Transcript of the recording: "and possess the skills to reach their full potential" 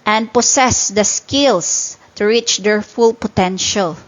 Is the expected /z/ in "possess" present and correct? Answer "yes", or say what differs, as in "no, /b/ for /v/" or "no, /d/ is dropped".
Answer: no, /s/ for /z/